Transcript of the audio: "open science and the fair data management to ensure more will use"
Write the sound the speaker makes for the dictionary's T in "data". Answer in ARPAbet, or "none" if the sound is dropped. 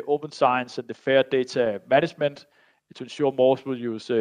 S